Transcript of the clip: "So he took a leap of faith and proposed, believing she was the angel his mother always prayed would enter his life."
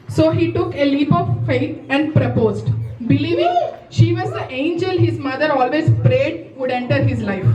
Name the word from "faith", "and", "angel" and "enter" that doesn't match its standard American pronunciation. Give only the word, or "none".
faith